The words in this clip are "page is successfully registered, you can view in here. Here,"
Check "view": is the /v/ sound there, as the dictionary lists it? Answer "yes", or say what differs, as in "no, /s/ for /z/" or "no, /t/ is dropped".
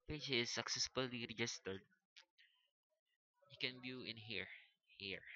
no, /b/ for /v/